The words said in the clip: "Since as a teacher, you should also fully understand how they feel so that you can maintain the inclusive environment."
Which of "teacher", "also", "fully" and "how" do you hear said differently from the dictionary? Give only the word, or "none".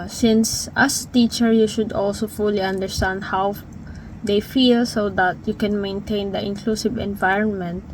none